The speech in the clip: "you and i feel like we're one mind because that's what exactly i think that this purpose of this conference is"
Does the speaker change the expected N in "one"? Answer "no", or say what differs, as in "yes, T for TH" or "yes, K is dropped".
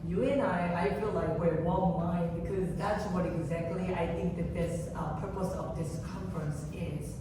yes, L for N